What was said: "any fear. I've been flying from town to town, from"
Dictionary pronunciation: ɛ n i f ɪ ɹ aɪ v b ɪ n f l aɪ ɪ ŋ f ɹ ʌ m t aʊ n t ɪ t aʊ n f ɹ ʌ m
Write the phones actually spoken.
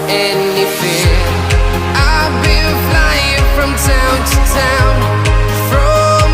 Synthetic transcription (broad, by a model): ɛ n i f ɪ aɪ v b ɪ l f l aɪ ɪ ŋ f ɹ ʌ m t aʊ n t ɪ t aʊ n f ɹ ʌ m